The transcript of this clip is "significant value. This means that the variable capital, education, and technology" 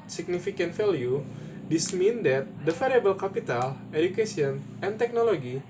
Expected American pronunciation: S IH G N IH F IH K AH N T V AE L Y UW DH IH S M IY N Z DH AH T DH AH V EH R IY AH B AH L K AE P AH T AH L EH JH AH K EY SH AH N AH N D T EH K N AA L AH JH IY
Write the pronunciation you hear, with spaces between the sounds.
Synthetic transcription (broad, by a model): S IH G N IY F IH K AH N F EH L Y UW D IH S M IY N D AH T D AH F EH R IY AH B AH L K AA P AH T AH L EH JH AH K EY S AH N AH N T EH K N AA L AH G IY